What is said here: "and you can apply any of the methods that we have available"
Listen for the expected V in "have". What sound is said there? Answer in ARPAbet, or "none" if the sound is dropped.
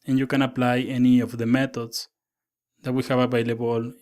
B